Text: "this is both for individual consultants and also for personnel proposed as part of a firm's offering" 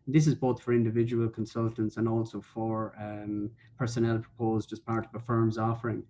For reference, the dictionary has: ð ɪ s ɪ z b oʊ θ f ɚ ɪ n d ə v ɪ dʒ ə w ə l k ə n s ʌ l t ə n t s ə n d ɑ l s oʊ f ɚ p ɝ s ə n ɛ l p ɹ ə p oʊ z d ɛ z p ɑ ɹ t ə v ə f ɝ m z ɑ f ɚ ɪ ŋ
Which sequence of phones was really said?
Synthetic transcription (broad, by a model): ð ɪ s ɪ z b oʊ θ f ɚ ɪ n d ə v ɪ dʒ ə w ə l k ə n s ʌ l t ə n t s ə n ɑ l s oʊ f ɚ p ɝ s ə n ɛ l p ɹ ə p oʊ z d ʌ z p ɑ ɹ t ə v ə f ɝ m z ɑ f ɚ ɪ ŋ